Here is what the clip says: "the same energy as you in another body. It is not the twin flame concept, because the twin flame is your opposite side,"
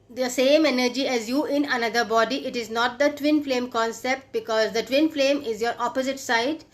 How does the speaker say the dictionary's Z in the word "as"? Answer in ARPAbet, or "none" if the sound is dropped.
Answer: Z